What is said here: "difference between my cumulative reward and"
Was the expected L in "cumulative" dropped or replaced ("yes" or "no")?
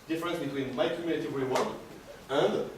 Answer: yes